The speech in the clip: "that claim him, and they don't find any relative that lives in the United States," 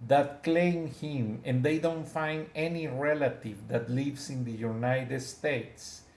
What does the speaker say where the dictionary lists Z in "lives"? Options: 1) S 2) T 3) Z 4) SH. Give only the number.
1